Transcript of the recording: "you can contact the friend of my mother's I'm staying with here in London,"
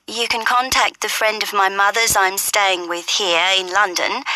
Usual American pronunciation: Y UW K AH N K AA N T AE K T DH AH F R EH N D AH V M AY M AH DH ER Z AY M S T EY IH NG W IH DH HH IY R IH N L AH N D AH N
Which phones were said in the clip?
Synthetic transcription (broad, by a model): Y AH K AH N K AA N T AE K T DH AH F R EH N D AH V M AY M AH DH ER Z AY M S T EY IH NG W IH DH HH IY R IH N L AH N D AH N